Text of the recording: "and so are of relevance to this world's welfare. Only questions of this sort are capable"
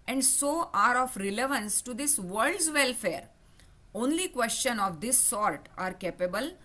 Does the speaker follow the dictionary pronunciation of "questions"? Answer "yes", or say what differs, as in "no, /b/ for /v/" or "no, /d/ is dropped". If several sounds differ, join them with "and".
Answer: no, /z/ is dropped